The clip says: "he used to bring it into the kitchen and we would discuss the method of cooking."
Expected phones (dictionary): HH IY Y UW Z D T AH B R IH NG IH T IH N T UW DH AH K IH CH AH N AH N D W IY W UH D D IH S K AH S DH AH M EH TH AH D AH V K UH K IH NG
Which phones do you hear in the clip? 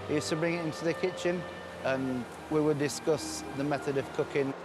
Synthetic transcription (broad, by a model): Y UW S T AH B R IH NG IH T IH N T UW DH AH K IH CH AH N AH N W IY W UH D D IH S K AH S DH AH M EH TH AH D AH V K UH K IH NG